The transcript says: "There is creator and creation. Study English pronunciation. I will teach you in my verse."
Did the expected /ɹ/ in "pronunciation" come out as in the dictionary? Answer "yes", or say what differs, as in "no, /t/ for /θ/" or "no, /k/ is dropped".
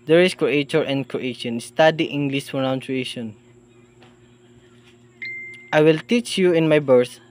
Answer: no, /ɹ/ is dropped